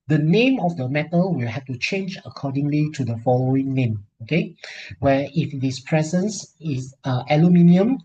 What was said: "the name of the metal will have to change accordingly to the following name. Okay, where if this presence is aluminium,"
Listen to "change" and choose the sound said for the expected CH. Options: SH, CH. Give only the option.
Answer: CH